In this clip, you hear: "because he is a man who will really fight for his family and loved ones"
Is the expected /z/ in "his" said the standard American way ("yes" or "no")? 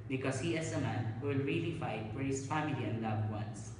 no